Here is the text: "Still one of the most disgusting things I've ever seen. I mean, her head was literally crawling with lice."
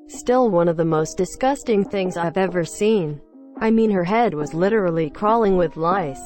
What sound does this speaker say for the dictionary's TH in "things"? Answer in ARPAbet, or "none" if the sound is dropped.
TH